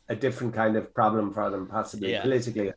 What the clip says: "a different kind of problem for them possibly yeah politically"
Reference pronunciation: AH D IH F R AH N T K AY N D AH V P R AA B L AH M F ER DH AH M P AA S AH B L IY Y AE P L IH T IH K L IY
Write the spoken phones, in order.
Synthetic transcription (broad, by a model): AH D IH F R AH N K AY N D AH V P R AA B L AH M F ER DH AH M P AA S AH B L IY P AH L IH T IH K L IY